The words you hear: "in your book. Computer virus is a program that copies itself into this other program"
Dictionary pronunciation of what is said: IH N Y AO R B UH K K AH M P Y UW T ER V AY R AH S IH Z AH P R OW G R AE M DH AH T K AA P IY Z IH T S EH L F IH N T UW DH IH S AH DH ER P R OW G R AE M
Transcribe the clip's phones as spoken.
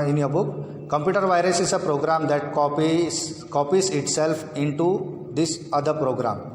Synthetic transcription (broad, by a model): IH N Y AO R B UH K K AH M P Y UW T ER V AY R AH S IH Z AH P R OW G R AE M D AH T K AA P IY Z IH T S EH L F IH N T UW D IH S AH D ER P R OW G R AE M